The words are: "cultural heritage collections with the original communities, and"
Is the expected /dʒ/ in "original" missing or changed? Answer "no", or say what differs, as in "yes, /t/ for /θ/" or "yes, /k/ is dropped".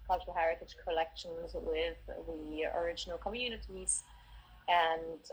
no